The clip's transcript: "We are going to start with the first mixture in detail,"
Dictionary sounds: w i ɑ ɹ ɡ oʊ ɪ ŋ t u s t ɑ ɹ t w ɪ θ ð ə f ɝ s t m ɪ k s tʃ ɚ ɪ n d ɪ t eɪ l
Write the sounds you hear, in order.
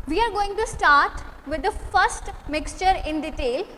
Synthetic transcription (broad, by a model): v i ɑ ɹ ɡ oʊ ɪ ŋ t u s t ɑ ɹ t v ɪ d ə f ɝ s t m ɪ k s tʃ ɚ ɪ n d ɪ t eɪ l